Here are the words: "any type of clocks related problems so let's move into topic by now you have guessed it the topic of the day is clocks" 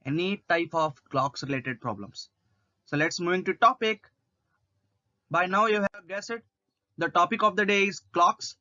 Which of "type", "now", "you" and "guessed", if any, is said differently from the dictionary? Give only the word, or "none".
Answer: guessed